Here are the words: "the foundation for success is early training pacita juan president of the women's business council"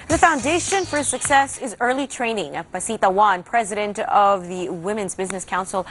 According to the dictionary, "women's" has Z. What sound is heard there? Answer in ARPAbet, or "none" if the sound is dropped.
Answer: Z